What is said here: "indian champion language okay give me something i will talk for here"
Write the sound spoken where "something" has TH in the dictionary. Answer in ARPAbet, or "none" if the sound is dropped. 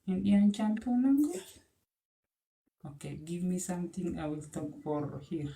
T